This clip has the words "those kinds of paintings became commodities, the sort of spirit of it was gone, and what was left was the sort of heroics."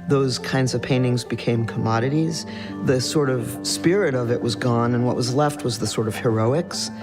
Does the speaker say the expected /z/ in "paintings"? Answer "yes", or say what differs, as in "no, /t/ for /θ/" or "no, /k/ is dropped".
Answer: yes